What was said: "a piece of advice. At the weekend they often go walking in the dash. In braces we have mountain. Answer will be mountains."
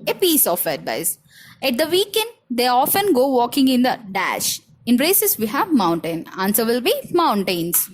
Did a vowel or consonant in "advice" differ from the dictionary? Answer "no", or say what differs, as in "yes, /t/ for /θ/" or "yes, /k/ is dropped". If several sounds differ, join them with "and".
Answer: yes, /b/ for /v/